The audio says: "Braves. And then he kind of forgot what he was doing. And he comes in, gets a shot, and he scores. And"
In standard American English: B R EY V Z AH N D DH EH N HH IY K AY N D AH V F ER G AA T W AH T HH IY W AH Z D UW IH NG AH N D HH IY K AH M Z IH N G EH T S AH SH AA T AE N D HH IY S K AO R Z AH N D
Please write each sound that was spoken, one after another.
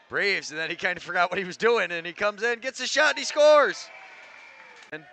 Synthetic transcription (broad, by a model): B R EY V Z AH N DH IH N HH IY K AY N D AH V F ER G AA T W AH T HH IY W AH Z D UW IH NG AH N IY K AH M Z IH N G EH T S AH SH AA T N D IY S K AO R Z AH N